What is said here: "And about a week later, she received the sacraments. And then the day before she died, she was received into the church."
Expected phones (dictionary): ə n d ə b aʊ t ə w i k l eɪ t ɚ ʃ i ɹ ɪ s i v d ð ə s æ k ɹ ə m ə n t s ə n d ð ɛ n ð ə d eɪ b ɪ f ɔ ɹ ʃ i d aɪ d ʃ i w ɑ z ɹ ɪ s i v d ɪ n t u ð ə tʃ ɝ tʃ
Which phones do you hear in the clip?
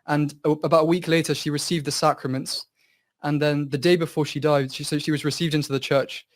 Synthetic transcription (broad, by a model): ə n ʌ ə b aʊ t ə w i k l eɪ t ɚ ʃ i ɹ ɪ s i v d ð ə s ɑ k ɹ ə m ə n t s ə n ð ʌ n ð ə d eɪ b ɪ f ɔ ʃ i d aɪ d ʃ i w ɑ z ɹ ɪ s i v d ɪ n t u ð ə tʃ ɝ tʃ